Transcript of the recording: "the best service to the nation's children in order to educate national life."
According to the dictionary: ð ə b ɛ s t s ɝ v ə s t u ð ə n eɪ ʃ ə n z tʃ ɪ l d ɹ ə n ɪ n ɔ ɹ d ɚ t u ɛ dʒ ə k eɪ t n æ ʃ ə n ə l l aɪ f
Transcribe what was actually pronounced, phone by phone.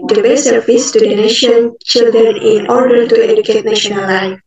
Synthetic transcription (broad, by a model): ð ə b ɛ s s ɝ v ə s t u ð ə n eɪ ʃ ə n tʃ ɪ l d ɹ ə n ɪ n ɔ ɹ d ɚ t u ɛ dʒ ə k eɪ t n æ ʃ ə n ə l l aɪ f